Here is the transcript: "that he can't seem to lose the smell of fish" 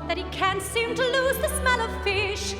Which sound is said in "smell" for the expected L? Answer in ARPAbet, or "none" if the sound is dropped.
L